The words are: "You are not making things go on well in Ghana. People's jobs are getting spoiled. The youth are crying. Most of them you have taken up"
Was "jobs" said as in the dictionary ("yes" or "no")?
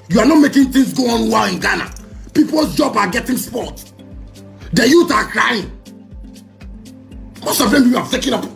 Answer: no